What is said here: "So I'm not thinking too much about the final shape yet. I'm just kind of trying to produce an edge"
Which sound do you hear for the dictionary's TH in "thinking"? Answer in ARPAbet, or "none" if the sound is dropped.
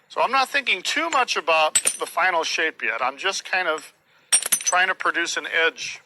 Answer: TH